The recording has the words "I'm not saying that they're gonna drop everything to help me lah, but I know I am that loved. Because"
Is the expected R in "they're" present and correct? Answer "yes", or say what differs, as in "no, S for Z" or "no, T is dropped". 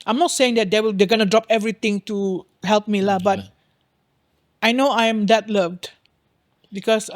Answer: no, L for R